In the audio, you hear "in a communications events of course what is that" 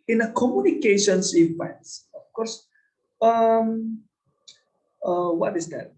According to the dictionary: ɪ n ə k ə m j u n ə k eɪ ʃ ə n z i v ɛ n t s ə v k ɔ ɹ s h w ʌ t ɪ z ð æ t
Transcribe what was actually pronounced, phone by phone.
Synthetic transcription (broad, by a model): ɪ n ə k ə m j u n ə k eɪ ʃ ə n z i p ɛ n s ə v k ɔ ɹ s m w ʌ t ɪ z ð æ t